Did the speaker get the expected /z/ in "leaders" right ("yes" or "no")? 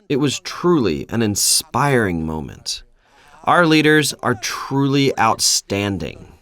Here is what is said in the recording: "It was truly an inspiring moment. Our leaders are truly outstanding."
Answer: yes